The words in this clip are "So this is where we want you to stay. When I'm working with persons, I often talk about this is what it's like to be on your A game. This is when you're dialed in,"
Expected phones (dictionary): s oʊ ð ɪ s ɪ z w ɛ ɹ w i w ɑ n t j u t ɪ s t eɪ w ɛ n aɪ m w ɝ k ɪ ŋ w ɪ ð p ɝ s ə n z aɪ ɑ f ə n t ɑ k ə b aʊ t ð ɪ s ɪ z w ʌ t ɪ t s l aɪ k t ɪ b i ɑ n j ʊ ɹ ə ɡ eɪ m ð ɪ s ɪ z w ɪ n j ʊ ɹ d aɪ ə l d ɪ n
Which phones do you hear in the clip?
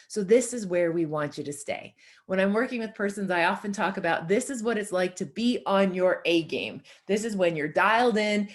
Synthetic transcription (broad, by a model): s oʊ ð ɪ s ɪ z w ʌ ɹ w i w ɑ n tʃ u t ɪ s t eɪ w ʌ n aɪ m w ɝ k ɪ ŋ w ɪ ð p ɝ s ə n z aɪ ɑ f ə n t ɑ k ə b aʊ t ð ɪ s ɪ z w ʌ t ɪ t s l aɪ k t ɪ b i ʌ n j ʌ ɹ ə ɡ eɪ m ð ɪ s ɪ z w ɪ n j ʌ ɹ d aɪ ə l d ɪ n